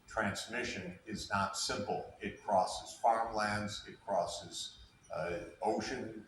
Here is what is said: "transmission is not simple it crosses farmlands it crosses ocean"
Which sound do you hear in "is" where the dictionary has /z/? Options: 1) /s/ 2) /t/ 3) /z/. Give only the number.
3